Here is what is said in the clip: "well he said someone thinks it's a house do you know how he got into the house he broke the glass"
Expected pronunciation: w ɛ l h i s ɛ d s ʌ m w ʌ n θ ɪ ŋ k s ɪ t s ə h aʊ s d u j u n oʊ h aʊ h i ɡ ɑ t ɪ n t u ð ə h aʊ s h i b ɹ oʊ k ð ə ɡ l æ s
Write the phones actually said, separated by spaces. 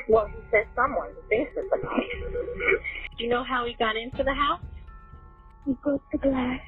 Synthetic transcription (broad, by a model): w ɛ l h i s ɛ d s ʌ m w ʌ n f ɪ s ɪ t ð ə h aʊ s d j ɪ n oʊ h aʊ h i ɡ ɑ t ɪ n t u ð ə h aʊ s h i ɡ oʊ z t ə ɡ l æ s